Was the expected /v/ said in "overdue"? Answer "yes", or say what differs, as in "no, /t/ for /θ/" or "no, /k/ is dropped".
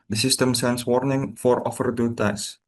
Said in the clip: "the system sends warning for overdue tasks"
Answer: no, /f/ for /v/